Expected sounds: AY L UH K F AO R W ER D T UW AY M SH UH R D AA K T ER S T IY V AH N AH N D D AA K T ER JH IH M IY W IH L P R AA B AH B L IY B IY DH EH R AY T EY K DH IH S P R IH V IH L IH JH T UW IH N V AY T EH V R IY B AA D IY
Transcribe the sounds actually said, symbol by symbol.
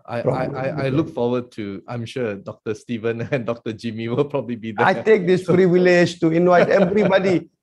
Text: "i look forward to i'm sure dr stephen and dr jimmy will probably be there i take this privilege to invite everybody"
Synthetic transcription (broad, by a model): AY L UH K F AO W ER D T UW AY M SH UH D AA K T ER S T IY V AH N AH N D D AA K T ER JH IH M IY W IH L P R AA B AH B L IY B IY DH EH AY T EY K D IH S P R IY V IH L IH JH T UW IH N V AY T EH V R IY B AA D IY